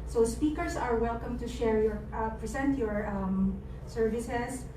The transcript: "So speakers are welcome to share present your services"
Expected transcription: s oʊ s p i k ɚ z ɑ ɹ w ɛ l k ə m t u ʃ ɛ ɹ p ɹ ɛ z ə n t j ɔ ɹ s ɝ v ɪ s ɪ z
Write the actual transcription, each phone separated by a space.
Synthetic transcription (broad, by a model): s oʊ s p i k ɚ s ɑ ɹ w ɛ l k ə m t u ʃ ɛ ɹ p ɹ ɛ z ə n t j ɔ ɹ s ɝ v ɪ s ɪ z